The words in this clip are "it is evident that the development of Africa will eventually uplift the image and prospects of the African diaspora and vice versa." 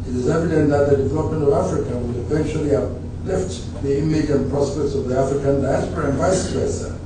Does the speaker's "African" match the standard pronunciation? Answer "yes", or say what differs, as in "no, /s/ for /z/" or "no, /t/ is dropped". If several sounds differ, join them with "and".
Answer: yes